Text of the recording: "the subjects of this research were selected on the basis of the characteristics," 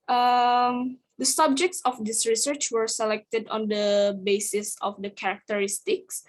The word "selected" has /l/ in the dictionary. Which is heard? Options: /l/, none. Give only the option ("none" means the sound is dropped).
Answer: /l/